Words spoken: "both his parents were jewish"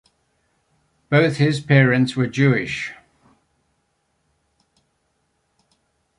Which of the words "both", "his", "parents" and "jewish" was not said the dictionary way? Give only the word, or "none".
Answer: none